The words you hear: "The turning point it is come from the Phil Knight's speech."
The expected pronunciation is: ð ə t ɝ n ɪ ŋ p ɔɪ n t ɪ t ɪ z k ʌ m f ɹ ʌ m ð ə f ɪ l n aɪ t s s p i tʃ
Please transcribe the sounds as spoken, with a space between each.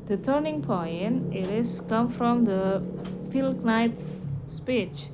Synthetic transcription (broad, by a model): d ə t ɝ n ɪ ŋ p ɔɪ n ɪ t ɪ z k ʌ m f ɹ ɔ m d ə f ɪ l n aɪ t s s p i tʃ